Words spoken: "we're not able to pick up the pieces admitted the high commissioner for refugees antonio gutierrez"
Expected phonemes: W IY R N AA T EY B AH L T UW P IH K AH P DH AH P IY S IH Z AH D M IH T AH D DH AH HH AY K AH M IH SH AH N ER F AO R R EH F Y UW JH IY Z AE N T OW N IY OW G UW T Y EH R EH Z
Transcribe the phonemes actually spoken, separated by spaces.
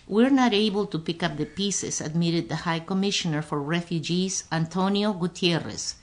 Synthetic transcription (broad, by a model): W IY R N AA T EY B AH L T UW P IH K AH P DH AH P IY S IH S AH D M IH T AH D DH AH HH AY K AH M IH SH AH N ER F AO R R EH F Y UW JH IY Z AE N T OW N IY OW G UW T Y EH R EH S